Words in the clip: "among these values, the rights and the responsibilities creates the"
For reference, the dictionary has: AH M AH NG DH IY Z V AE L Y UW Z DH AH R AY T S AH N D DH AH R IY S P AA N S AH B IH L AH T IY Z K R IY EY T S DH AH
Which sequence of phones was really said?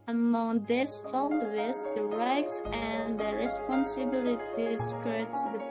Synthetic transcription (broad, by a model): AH M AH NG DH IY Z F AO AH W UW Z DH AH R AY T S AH N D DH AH R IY S P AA N S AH B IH L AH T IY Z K IY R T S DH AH